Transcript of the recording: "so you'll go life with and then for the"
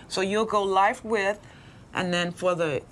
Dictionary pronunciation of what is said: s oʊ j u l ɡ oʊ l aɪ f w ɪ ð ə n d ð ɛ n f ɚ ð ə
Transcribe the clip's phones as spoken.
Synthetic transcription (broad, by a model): s oʊ j u l ɡ oʊ l aɪ f w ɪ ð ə n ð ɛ n f ɚ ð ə